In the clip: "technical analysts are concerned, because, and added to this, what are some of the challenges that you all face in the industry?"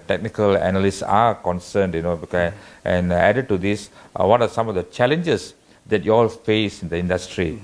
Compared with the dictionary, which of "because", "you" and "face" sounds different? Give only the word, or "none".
because